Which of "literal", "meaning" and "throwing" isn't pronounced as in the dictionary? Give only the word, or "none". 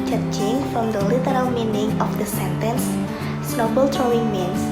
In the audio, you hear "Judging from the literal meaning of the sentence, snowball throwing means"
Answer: throwing